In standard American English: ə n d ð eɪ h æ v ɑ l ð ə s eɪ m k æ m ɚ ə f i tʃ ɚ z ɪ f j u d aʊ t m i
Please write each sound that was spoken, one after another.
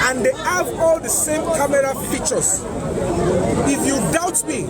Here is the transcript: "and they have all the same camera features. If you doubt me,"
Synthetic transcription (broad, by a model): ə n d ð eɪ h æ v ɑ l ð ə s eɪ m k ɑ m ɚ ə p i tʃ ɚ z ɪ f j u d aʊ t m i